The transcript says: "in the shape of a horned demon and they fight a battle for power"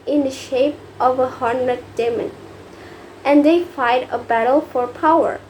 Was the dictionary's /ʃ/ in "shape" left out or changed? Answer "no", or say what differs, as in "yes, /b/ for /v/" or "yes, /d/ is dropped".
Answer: no